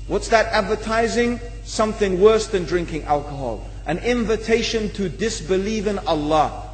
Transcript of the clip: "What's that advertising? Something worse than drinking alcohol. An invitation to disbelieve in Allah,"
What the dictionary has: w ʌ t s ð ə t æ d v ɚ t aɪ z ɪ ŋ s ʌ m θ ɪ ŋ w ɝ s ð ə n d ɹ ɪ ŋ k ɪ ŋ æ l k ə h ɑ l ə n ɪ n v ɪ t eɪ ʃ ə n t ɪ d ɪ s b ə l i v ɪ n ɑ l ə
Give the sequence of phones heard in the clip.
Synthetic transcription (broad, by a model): w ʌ t s ð ə t æ d v ɚ t aɪ z ɪ ŋ s ʌ m θ ɪ ŋ w ɝ s ð ə n d ɹ ɪ ŋ k ɪ ŋ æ l k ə h ɑ l ə n ɪ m v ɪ t eɪ ʃ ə n t ɪ d ɪ s b ə l i v ɪ n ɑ l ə